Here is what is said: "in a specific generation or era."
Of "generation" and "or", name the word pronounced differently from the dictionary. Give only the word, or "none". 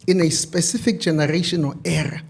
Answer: or